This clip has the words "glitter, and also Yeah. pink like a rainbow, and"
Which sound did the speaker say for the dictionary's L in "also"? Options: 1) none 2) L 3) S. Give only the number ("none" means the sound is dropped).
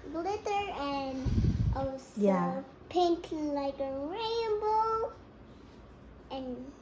1